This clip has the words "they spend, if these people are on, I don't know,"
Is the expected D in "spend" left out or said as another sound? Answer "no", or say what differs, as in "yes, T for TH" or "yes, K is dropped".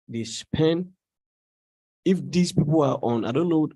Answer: yes, D is dropped